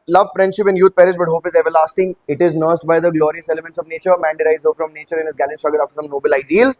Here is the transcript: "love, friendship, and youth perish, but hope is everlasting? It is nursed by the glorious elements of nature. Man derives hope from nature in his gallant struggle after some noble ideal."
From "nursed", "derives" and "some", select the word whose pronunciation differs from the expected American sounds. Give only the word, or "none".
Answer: derives